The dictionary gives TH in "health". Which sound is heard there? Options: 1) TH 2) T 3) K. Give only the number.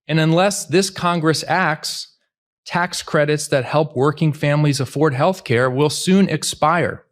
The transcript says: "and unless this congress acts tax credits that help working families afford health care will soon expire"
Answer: 1